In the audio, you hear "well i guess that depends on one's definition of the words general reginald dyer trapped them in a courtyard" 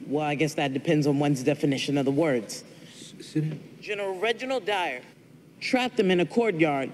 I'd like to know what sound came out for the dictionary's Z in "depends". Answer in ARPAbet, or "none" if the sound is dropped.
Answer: Z